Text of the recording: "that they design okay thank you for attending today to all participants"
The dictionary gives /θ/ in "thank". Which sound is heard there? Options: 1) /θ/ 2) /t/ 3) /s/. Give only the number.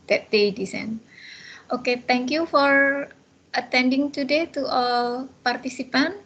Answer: 2